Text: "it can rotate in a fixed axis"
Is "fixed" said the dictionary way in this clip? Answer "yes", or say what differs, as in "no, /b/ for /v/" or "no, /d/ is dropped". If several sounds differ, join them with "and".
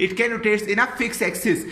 no, /t/ is dropped